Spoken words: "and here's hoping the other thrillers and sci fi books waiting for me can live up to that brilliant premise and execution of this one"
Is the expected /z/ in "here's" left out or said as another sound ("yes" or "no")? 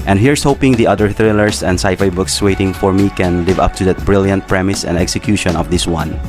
yes